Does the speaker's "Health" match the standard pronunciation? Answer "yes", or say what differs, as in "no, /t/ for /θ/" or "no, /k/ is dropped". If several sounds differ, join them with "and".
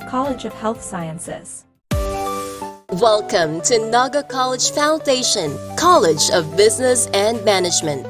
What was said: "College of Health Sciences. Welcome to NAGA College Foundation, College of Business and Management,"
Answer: yes